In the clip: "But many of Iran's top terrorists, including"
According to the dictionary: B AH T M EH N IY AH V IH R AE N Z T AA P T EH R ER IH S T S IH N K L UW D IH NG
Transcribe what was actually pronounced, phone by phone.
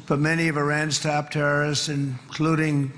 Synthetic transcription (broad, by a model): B AH T M EH N IY AH V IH R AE N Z T AA P T EH R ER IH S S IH N K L UW D IH NG